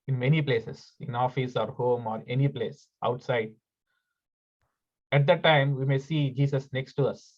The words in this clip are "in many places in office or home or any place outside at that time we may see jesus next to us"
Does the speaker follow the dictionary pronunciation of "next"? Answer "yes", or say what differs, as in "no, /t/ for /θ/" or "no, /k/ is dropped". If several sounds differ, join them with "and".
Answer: yes